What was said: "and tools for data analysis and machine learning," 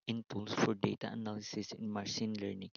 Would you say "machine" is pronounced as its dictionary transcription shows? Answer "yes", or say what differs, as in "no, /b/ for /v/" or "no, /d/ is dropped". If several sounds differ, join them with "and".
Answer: no, /s/ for /ʃ/